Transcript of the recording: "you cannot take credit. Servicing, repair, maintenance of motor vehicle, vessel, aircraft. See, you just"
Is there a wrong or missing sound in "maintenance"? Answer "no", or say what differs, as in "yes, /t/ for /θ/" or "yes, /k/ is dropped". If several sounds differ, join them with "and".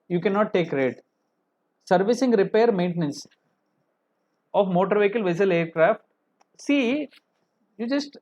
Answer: no